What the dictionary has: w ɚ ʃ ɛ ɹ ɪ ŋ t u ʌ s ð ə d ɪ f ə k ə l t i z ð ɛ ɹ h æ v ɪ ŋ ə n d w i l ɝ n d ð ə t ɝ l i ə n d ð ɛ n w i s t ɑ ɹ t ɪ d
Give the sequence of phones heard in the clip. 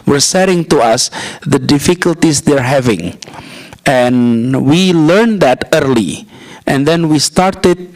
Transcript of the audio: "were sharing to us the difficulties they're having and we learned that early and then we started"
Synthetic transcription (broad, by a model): w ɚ s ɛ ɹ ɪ ŋ t u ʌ s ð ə d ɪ f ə k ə l t i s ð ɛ ɹ h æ v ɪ ŋ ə n w i l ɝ n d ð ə t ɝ l i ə n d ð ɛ n w i s t ɑ ɹ t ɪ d